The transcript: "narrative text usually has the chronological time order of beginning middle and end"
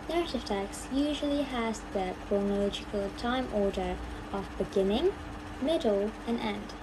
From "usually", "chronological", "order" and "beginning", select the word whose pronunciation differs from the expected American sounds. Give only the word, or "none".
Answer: none